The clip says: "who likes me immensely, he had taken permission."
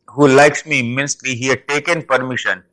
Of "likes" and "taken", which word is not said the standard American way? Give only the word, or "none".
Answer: none